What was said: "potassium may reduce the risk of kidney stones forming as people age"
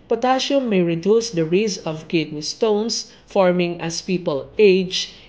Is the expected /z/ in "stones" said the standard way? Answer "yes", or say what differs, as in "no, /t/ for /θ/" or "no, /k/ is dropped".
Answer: no, /s/ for /z/